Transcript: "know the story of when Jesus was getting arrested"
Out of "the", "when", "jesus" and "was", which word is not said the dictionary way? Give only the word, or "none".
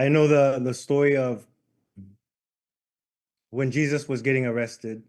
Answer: none